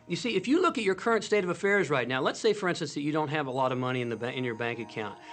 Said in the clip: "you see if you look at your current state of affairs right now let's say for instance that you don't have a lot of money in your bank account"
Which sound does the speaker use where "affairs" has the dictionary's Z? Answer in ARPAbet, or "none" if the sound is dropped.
Z